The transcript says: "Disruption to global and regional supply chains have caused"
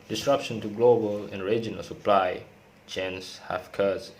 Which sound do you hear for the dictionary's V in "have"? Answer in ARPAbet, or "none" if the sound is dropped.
F